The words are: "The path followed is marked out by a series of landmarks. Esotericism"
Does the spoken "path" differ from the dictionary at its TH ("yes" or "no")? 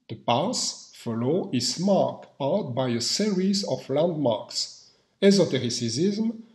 yes